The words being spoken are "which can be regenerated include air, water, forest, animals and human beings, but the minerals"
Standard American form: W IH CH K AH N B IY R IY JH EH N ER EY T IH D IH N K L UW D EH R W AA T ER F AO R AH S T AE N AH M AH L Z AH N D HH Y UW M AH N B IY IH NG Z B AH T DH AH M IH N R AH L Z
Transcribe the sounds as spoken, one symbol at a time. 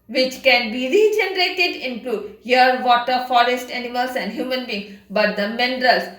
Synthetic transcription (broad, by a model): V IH CH K AH N B IY R IY JH EH N ER EY T IH D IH N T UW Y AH R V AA T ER F AO R AH S T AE N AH M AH L S AH N D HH Y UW M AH N B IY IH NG B AH T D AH M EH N R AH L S